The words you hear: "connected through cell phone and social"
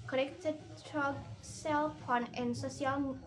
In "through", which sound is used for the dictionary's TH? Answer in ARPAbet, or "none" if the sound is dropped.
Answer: T